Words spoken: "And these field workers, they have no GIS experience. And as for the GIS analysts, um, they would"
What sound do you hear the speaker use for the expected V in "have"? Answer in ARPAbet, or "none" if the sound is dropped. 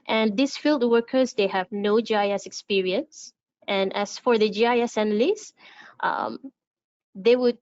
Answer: V